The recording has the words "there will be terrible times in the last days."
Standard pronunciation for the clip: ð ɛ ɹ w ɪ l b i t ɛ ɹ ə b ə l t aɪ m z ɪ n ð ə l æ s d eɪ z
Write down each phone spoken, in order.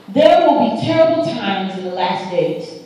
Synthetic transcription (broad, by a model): ð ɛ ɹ w ɪ l b i t ɛ ɹ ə b l t aɪ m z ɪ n ð ə l æ s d eɪ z